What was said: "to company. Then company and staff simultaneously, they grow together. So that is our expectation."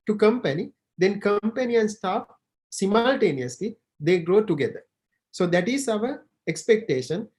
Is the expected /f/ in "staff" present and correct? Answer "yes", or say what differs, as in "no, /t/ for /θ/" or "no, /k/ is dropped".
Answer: no, /p/ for /f/